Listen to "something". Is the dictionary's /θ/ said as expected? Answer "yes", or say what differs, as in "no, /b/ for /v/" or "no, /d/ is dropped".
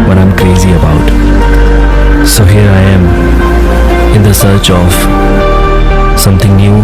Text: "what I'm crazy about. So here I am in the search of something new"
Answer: no, /t/ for /θ/